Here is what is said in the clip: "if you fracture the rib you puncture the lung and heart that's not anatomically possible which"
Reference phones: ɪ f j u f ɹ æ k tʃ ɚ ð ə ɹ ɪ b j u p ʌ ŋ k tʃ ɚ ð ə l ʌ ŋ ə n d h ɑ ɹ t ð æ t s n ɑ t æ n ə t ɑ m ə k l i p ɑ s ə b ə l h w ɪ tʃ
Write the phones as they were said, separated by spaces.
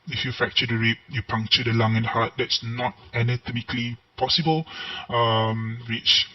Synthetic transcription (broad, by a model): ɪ f j u f æ k tʃ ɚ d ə ɹ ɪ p j u p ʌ ŋ k tʃ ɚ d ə l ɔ ŋ ə n d h ɑ t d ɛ t s n ɑ t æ n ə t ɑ m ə k l i p ɑ s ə b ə l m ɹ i tʃ